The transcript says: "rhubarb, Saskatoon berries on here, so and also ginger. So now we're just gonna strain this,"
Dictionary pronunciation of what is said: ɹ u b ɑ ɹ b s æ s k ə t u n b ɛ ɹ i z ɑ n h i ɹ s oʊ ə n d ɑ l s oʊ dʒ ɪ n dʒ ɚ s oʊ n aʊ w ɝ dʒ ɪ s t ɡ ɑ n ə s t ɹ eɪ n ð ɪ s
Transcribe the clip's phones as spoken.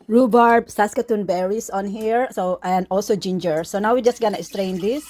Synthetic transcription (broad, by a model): ɹ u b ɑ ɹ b s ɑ s k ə t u n b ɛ ɹ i s ɑ n h i ɹ s oʊ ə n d ɑ l s oʊ dʒ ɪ n dʒ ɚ s oʊ n aʊ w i dʒ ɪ s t ɡ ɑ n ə s t ɹ eɪ n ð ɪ s